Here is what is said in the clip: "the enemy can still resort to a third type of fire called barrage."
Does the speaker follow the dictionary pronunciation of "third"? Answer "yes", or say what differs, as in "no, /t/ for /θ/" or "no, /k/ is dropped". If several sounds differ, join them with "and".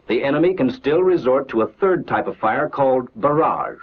yes